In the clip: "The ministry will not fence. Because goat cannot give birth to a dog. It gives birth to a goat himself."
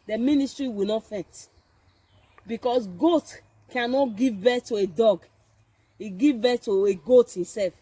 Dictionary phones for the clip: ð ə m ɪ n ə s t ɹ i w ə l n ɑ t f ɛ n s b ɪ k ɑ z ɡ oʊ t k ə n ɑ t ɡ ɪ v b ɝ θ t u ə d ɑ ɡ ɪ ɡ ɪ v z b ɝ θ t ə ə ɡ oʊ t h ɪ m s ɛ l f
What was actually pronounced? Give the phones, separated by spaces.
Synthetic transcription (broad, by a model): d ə m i n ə s t ɹ i w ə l n ɑ t f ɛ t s b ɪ k ɑ s ɡ oʊ t k ə n ɑ t ɡ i v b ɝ t u ə d ɑ ɡ ɪ ɡ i v b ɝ t ə ə ɡ oʊ t h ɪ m s ɛ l f